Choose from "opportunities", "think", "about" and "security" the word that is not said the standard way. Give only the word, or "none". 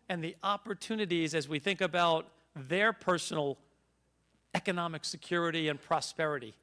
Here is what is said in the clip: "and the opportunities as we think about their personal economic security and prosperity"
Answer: none